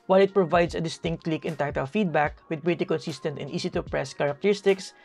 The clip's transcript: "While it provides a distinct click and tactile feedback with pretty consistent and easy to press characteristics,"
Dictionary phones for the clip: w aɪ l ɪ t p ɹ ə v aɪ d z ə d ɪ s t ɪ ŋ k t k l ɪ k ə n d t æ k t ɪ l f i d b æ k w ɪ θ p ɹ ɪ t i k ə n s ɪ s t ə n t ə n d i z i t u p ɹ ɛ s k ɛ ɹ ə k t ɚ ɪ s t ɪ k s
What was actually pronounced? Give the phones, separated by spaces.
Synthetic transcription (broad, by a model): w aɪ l ɪ t p ɹ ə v aɪ d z ə d ɪ s t ɪ ŋ k t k l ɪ k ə n t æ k t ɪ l f i d b æ k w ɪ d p ɹ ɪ t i k ə n s ɪ s t ə n t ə n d i s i t u p ɹ ɛ s k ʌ ɹ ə k t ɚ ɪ s t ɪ k s